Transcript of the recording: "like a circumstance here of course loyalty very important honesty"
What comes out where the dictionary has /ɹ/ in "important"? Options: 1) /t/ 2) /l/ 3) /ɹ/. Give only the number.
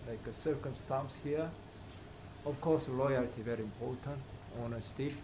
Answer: 2